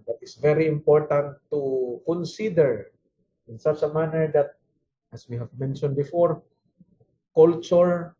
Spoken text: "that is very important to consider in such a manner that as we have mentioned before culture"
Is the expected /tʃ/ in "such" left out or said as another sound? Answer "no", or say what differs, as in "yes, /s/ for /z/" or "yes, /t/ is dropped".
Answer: yes, /s/ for /tʃ/